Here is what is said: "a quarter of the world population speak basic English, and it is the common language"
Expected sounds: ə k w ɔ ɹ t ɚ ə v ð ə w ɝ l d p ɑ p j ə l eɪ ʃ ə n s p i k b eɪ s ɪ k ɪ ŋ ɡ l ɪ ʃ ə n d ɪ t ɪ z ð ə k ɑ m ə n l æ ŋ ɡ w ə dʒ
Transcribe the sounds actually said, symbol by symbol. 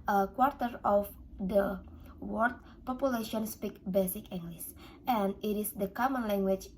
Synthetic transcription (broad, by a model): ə k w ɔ ɹ t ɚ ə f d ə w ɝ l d p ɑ p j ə l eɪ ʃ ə n s p i k b eɪ s ɪ k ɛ ŋ ɡ l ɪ s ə n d ɪ t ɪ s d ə k ɑ m ə n l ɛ ŋ ɡ w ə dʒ